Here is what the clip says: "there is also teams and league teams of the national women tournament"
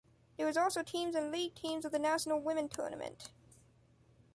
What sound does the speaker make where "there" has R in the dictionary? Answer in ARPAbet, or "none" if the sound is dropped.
W